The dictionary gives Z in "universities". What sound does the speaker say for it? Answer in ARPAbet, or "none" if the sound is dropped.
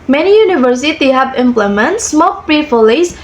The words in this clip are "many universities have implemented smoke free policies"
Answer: none